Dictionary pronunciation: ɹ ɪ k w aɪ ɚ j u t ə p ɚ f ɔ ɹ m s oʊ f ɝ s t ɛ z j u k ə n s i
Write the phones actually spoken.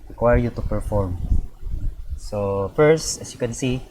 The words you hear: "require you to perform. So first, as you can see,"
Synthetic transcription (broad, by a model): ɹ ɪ k w aɪ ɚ j u t ə p ɚ f ɔ ɹ m s oʊ f ɝ s t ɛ s j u k ə n s i